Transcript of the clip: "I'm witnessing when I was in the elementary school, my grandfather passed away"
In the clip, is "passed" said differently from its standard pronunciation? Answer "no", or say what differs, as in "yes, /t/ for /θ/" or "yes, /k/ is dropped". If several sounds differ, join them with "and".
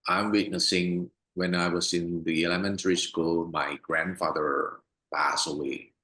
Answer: yes, /t/ is dropped